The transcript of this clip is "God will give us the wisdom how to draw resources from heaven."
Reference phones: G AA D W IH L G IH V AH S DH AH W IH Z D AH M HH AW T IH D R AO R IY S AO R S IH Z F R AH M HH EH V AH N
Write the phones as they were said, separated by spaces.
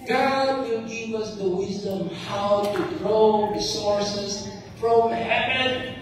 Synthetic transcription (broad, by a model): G AA D W IH L G IH V AH S DH AH W IH Z D AH M HH AW T IH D R AO R IY S AO R S IH Z F R AH M HH EH V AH N